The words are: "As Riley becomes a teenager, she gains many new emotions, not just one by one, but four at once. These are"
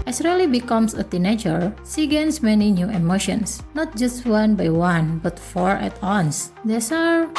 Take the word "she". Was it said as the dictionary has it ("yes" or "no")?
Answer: no